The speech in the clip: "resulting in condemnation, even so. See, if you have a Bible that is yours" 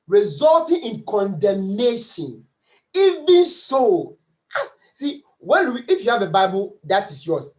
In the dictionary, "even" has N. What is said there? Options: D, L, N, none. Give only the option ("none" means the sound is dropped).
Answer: N